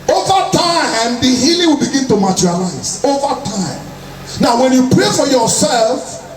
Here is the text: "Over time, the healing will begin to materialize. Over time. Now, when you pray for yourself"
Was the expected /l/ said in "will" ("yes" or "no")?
yes